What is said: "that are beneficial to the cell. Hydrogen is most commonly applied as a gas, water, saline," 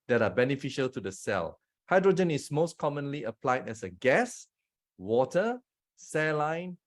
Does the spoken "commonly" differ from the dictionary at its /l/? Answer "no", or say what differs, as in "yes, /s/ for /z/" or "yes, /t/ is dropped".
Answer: no